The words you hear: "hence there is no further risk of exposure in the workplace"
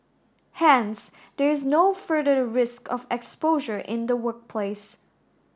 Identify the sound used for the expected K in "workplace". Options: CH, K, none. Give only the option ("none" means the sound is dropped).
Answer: K